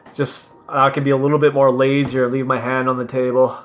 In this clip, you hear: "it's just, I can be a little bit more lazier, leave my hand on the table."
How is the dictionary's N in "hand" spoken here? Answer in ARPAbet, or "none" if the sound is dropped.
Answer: N